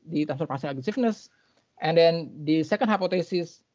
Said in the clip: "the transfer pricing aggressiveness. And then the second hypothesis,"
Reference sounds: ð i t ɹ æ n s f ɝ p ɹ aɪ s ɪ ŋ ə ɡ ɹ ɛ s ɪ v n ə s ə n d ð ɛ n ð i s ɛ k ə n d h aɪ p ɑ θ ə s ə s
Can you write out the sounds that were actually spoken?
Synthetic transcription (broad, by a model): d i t æ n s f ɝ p aɪ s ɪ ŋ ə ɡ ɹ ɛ s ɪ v n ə s ə n d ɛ n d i s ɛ k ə n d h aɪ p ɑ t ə s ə s